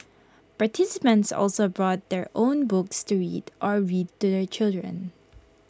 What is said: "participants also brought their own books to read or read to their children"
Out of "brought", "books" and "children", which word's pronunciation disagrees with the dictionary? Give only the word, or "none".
none